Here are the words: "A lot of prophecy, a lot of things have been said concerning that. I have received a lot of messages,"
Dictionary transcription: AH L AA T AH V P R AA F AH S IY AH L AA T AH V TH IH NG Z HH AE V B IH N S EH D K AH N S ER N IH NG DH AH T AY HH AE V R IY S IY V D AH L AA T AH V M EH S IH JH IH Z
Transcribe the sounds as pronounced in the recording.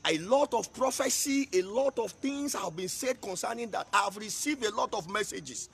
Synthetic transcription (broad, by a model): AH L AA T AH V P R AA F AH S IY AH L AA T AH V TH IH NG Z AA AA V B IH N S EH D K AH N S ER N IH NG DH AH T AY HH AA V R IY S IY V D AH L AA T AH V M EH S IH JH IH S